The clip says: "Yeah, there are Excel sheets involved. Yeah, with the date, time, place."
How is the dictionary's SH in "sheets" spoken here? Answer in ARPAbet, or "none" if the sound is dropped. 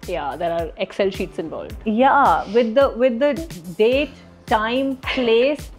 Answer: SH